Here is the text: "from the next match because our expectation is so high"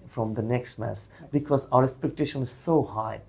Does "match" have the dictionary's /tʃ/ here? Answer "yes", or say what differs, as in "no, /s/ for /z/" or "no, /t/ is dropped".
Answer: no, /s/ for /tʃ/